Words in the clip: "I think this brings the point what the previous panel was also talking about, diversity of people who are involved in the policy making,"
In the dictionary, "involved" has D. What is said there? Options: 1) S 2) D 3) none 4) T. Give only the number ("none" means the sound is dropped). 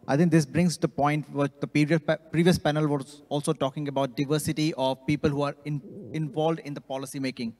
2